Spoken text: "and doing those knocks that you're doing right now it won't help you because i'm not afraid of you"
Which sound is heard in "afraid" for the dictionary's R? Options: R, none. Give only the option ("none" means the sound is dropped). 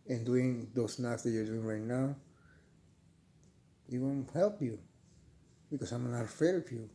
none